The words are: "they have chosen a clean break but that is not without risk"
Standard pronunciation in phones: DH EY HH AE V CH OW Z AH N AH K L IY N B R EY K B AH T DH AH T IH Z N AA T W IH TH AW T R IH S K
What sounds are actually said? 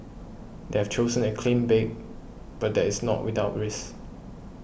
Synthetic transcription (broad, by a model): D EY HH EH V CH OW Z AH N AH K L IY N B EY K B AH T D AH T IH S N AA T W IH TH AW T R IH S